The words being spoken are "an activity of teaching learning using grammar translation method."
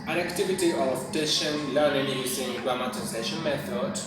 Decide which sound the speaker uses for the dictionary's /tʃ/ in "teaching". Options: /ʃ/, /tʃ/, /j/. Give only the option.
/ʃ/